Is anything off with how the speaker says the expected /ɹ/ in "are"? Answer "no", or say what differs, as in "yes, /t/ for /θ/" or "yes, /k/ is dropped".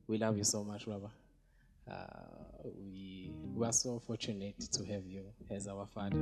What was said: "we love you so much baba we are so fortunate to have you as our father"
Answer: yes, /w/ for /ɹ/